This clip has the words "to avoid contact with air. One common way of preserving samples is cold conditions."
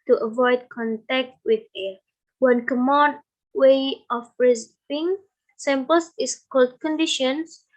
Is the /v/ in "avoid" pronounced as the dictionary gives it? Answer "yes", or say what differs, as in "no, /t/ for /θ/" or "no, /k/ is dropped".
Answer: yes